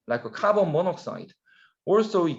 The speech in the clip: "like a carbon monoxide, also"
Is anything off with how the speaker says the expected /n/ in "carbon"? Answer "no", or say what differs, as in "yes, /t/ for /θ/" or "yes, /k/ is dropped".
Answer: yes, /l/ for /n/